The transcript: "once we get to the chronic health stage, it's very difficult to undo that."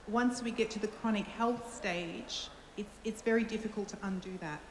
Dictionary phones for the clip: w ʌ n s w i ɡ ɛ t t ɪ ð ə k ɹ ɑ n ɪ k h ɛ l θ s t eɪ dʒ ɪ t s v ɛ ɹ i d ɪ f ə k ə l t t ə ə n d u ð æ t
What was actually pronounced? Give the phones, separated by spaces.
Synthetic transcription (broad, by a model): w ʌ n s w i ɡ ɛ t t ɪ ð ə k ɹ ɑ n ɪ k h ɛ l θ s t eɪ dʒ ɪ t s v ɛ ɹ i d ɪ f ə k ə l t t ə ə n d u ð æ t